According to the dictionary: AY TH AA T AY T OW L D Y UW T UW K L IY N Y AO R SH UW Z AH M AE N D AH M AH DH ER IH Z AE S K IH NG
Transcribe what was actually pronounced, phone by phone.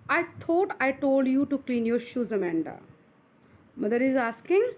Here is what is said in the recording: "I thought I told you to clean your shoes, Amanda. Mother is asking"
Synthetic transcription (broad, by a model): AY T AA T AY T OW L D Y UW T UW K L IY N Y AO R SH UW Z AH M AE N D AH M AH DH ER IH Z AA S K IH NG